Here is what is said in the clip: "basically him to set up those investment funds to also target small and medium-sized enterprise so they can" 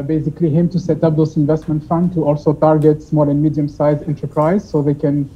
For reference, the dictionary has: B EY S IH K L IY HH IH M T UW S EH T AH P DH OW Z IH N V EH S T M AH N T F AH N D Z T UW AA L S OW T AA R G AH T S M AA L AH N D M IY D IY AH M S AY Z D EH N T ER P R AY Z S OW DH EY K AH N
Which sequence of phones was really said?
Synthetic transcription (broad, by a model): B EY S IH K L IY HH IH M T UW S EH T AH P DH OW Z IH N V EH S T M AH N T F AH N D T UW AA L S OW T AA R G AH T S M AA L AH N M IY D IY AH M S AY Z EH N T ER P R AY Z S OW DH EY K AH N